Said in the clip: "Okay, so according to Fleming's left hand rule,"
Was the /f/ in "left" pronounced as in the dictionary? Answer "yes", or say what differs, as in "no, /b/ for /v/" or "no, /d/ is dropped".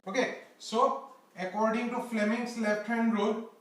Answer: no, /p/ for /f/